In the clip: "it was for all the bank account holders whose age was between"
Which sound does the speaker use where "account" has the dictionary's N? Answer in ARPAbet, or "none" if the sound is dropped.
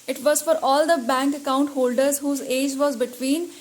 N